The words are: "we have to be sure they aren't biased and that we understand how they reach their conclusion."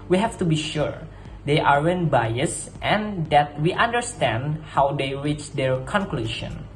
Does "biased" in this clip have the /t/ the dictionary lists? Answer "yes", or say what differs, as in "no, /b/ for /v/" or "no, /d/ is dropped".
yes